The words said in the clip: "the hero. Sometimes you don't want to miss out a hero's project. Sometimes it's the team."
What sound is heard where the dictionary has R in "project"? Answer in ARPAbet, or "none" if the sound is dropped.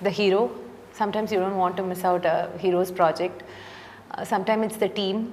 R